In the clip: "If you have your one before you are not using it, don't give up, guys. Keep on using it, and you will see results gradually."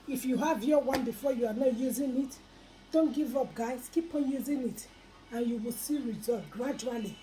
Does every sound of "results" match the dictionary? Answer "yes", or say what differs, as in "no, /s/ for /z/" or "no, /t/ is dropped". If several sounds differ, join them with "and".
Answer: no, /s/ is dropped